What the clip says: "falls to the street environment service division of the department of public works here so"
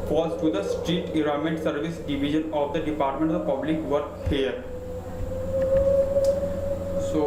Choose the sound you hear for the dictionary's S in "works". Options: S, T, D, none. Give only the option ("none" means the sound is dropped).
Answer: none